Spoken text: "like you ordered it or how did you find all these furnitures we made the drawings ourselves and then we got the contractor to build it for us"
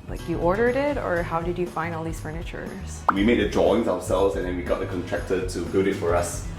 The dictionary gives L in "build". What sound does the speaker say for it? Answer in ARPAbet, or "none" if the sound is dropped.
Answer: none